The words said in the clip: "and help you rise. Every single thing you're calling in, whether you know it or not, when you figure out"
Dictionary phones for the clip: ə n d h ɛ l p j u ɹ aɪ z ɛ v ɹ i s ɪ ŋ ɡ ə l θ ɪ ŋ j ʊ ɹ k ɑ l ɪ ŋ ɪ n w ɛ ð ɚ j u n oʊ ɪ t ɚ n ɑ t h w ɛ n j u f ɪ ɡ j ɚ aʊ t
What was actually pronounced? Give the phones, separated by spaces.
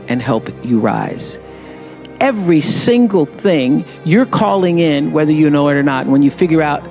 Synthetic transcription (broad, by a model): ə n h ɛ l p j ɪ ɹ aɪ z ɛ v ɹ i s ɪ ŋ ɡ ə l θ ɪ ŋ j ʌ ɹ k ɑ l ɪ ŋ ɪ n w ɛ ð ɚ j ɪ n oʊ ɪ t ɚ n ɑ t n w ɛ n j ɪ f ɪ ɡ j ɚ aʊ t